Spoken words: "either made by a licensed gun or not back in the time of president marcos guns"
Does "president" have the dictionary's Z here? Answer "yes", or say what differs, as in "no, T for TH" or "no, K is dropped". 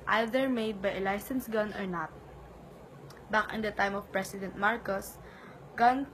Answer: no, S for Z